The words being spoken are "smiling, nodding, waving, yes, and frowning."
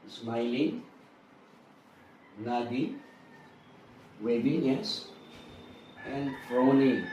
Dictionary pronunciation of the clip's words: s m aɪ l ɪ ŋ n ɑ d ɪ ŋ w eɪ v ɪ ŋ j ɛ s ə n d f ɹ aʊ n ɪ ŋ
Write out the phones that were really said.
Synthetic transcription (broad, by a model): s m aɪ l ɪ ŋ n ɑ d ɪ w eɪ b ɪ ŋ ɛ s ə n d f ɹ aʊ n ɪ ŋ